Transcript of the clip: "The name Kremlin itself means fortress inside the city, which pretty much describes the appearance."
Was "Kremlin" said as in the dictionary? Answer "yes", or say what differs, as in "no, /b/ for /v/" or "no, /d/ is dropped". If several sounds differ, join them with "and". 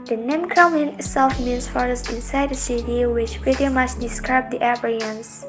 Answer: no, /l/ is dropped